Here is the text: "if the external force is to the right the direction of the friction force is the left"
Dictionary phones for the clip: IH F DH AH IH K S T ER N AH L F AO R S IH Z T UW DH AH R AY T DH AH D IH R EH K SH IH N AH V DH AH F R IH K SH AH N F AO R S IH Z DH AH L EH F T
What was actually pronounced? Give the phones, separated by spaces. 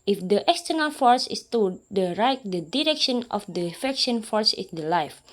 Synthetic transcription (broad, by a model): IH F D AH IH K S T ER N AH L F AO R S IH S T UW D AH R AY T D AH D IH R EH K SH IH N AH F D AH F EH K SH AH N F AO R S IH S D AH L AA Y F